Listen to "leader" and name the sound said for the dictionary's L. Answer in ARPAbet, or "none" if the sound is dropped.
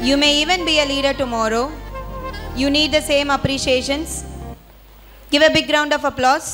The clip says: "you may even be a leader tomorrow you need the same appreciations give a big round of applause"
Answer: L